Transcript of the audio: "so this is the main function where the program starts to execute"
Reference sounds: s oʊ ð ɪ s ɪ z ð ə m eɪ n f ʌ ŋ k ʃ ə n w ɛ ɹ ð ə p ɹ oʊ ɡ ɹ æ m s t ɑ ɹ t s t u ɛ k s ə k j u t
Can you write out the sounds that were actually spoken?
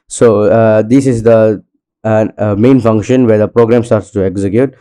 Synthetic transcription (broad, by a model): s oʊ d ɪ s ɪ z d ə m eɪ n f ʌ ŋ k ʃ ə n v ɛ ɹ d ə p ɹ oʊ ɡ ɹ æ m s t ɑ ɹ t s t u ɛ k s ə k j u t